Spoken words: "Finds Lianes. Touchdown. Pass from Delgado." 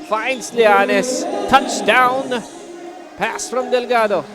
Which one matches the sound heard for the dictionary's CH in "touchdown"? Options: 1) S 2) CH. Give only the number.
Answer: 2